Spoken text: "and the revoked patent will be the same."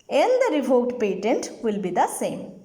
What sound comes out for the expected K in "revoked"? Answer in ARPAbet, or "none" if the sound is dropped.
none